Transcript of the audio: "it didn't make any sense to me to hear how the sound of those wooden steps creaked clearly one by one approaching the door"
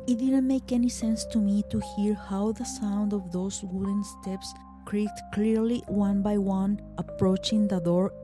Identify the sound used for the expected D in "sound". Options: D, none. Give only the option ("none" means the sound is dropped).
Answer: D